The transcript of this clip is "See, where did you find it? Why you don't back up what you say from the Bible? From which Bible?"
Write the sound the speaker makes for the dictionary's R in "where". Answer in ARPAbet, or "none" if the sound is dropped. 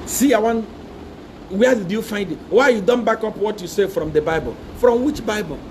W